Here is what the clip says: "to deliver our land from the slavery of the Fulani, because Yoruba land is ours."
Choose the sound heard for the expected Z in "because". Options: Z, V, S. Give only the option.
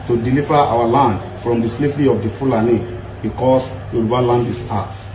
S